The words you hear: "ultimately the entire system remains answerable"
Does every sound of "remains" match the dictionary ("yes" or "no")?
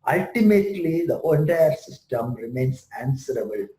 no